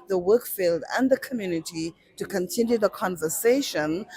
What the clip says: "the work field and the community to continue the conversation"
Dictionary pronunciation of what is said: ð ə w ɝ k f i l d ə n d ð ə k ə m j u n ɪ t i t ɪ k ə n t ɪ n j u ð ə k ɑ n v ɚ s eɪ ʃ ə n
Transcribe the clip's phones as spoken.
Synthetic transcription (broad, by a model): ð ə w ɝ k f i l d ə n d ð ə k ə m j u n ɪ t i t ɪ k ə n t ɪ n j u ð ə k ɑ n v ɚ s eɪ ʃ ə n